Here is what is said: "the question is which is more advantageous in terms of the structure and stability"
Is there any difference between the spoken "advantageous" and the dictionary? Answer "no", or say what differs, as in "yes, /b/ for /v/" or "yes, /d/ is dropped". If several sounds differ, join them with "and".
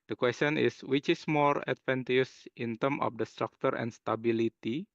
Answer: yes, /dʒ/ is dropped